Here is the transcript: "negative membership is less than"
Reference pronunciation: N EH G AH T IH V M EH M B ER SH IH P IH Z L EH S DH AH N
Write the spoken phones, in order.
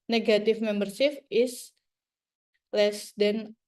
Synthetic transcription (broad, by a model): N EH G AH T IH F M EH M B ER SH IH F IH S L EH S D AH N